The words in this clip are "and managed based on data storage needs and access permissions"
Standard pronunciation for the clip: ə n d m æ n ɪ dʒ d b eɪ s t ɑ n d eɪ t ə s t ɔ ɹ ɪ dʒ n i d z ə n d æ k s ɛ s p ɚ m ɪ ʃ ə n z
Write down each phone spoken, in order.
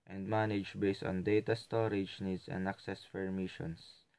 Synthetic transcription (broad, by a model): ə n d m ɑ n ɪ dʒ b eɪ s t ɑ n d eɪ t ə s t ɔ ɹ ɪ dʒ n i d s ə n d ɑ k s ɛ s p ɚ m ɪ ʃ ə n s